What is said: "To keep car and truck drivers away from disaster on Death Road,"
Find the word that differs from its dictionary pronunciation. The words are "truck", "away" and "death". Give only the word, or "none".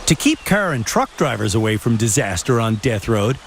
none